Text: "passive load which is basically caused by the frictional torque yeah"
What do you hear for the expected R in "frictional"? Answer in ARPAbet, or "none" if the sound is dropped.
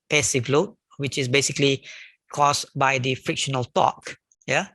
R